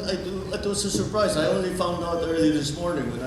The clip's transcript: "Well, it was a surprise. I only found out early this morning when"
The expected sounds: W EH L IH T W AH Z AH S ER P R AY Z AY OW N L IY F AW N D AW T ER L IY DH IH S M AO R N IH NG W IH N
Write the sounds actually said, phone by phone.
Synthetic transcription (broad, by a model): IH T IH T W AH Z AH S ER P R AY Z AY OW N L IY F AW N D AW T ER L IY DH IH S M AO R N IH NG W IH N